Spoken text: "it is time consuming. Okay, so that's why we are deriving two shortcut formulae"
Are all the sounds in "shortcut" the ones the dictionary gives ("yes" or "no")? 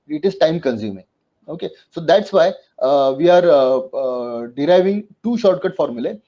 yes